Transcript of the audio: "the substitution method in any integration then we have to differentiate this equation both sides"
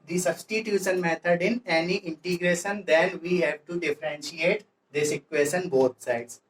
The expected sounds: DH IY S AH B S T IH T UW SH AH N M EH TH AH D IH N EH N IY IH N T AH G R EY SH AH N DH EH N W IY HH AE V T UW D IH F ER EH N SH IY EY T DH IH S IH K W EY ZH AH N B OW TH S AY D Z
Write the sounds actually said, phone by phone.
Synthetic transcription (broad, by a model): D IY S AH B S T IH T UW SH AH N M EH T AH D IH N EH N IY IH N T AH G R EY SH AH N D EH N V IY HH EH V T UW D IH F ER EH N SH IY EY T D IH S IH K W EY SH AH N B OW T S AY D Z